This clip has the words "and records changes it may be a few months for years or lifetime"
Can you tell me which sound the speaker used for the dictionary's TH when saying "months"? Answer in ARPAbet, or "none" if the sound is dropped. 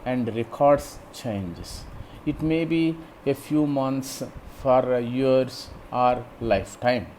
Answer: T